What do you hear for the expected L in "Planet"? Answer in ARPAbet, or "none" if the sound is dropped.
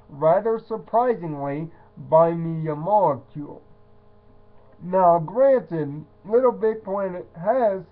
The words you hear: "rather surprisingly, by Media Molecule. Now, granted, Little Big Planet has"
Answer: none